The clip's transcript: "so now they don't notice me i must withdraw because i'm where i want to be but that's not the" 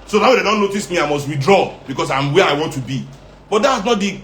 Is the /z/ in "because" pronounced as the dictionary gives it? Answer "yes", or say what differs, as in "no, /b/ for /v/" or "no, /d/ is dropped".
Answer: no, /s/ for /z/